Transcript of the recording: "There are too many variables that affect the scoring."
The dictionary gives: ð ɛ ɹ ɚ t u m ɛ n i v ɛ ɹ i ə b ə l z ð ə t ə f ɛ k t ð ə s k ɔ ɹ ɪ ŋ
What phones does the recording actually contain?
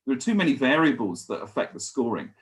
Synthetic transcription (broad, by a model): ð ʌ ɹ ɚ t u m ɛ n i v ɛ ɹ i ə b ə l z ð ə t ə f ɛ k ð ə s k ɔ ɹ ɪ ŋ